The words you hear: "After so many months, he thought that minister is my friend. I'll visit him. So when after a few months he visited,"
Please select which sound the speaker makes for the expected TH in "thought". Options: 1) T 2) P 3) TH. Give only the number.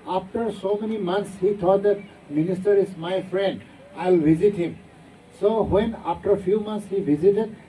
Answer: 1